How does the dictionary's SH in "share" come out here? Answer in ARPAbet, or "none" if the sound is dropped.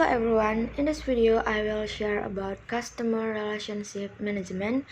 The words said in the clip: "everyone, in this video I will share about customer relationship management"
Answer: SH